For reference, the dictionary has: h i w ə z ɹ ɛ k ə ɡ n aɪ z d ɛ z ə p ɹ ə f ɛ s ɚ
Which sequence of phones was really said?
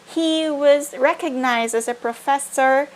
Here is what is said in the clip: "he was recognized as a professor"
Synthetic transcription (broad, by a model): h i w ə z ɹ ɛ k ə ɡ n aɪ z d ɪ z ə p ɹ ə f ɛ s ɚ